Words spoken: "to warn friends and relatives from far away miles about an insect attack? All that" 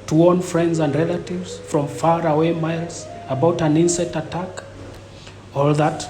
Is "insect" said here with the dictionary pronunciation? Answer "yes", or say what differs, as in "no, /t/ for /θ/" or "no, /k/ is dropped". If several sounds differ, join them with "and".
no, /k/ is dropped